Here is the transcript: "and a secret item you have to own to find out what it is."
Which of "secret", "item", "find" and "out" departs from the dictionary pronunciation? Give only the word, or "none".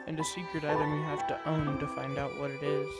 none